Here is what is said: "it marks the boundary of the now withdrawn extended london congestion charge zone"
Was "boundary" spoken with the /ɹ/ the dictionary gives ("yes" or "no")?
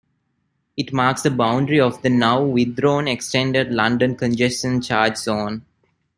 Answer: yes